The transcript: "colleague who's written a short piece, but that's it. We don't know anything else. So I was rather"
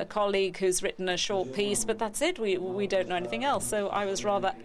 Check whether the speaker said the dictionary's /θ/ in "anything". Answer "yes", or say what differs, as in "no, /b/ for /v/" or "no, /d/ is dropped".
yes